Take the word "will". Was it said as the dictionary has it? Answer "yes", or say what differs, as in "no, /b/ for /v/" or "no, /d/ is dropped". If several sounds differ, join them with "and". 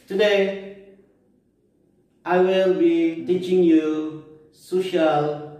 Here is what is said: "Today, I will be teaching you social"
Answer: yes